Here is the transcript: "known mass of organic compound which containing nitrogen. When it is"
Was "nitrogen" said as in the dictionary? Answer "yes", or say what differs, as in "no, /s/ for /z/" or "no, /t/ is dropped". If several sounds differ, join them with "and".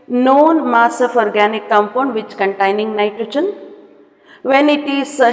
no, /tʃ/ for /dʒ/